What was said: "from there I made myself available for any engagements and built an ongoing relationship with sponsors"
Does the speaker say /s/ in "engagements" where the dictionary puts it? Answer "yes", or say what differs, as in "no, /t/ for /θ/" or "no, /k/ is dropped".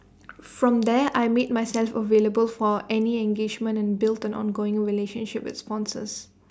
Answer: no, /s/ is dropped